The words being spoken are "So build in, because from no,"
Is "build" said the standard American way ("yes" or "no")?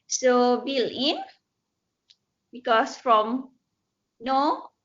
no